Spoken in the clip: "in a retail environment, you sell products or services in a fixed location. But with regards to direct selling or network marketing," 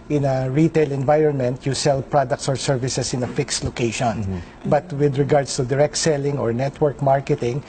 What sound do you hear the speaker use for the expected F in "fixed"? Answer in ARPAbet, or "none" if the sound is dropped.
F